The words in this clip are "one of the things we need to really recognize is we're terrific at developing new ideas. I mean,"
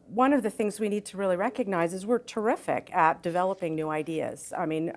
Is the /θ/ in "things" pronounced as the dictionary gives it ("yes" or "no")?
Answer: yes